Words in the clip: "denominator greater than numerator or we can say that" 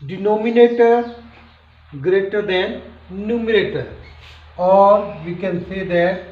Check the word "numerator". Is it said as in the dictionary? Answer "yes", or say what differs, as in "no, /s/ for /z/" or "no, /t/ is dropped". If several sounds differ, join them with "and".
yes